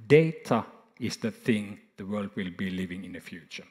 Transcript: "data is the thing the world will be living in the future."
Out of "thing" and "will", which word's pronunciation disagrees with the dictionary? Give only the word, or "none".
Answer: none